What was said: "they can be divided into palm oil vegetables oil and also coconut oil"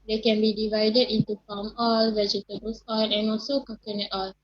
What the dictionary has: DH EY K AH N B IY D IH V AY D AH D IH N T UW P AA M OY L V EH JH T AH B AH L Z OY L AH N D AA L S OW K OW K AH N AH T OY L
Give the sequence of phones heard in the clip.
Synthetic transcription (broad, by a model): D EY K AH N B IY D IH V AY D AH D IH N T UW F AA M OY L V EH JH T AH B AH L S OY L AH N AA L S OW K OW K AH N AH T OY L